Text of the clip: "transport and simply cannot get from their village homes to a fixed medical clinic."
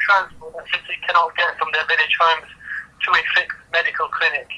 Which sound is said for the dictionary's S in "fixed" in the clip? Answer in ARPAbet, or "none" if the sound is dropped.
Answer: none